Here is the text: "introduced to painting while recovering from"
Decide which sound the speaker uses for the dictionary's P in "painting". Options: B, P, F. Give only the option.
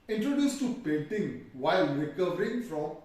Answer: P